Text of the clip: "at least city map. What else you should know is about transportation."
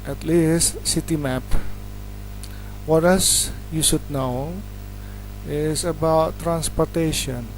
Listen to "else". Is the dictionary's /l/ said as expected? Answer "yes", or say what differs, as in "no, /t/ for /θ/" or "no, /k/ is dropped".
no, /l/ is dropped